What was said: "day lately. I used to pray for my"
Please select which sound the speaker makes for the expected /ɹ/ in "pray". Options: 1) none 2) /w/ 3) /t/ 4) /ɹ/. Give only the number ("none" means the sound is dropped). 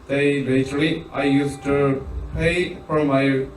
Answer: 1